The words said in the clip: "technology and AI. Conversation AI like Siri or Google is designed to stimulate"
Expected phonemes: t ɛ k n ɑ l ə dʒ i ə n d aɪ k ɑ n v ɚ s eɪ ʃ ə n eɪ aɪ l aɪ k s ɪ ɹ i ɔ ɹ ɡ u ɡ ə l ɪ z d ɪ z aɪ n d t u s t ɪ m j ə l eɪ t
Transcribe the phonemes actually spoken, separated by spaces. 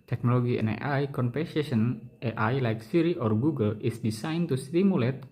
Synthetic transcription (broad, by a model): t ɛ k n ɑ l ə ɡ i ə n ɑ aɪ k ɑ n p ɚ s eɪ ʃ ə n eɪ aɪ l aɪ k s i ɹ i ɔ ɹ ɡ u ɡ ə l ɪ s d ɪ s aɪ n t u s t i m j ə l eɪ t